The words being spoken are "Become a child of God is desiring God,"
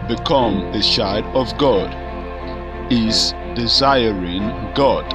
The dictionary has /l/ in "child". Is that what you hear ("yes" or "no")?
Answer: no